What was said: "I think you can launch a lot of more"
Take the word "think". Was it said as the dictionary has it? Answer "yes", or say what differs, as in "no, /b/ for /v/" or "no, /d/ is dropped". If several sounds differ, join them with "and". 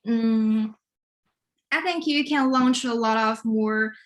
yes